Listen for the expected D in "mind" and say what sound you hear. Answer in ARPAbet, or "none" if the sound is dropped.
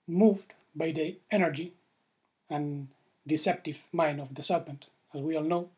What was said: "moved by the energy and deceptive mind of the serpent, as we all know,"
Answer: none